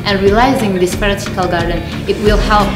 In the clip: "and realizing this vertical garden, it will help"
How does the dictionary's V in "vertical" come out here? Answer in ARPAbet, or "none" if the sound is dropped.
P